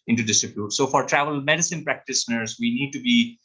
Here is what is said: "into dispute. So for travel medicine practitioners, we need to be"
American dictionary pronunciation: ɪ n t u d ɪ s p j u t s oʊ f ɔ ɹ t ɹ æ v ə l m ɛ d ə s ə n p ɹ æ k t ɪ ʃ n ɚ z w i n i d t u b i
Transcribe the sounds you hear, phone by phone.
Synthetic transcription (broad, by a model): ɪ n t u d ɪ s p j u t s oʊ f ɔ ɹ t ɹ æ v ə l m ɛ d ə s ə n p ɹ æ k t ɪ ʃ n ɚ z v i n i d t u b i